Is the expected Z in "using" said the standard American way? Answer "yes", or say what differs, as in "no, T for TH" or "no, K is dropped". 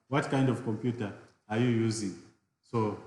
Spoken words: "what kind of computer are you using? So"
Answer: yes